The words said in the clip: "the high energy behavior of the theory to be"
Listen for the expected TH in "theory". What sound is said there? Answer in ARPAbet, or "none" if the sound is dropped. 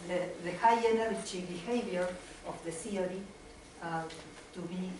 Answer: S